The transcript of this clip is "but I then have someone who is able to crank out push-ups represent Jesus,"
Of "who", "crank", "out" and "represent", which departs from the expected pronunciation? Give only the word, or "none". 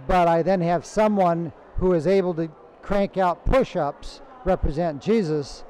none